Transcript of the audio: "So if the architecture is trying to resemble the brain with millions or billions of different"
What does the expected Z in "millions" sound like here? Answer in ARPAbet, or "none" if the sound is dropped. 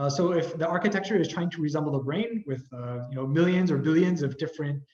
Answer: Z